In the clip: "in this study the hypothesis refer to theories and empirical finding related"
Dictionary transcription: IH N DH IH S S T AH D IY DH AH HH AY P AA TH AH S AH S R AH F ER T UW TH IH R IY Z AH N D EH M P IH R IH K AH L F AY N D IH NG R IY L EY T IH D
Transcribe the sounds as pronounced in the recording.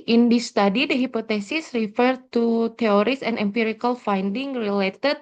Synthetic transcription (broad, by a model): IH N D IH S S T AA D IY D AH HH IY P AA T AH S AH S R AH F ER T UW T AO R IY S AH N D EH M P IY R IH K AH L F AY N D IH NG R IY L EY T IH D